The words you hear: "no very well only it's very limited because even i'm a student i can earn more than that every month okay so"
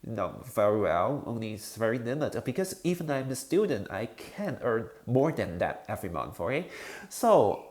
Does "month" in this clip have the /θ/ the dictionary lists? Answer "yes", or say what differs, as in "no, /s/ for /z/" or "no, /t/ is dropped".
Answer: no, /f/ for /θ/